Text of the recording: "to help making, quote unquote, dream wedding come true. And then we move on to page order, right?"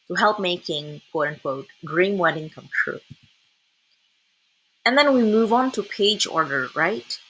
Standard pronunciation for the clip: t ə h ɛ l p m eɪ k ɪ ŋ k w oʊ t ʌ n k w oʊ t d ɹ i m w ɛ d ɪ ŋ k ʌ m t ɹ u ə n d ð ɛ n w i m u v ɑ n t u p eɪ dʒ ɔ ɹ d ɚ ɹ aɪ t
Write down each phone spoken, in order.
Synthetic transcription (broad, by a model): t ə h ɛ l p m eɪ k ɪ ŋ k w oʊ t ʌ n k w oʊ t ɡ ɹ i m w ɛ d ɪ ŋ k ʌ m t ɹ u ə n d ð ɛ n w i m u v n t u p eɪ dʒ ɔ ɹ d ɚ ɹ aɪ t